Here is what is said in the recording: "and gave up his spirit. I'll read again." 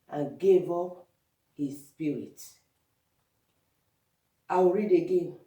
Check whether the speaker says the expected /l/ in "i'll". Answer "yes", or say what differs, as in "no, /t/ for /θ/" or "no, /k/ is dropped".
no, /w/ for /l/